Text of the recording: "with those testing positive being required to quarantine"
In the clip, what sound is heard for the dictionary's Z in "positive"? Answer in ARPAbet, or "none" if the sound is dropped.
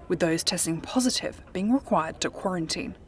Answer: Z